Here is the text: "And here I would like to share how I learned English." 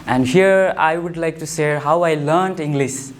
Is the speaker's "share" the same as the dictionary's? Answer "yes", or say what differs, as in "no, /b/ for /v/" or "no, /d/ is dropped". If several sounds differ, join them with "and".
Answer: no, /s/ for /ʃ/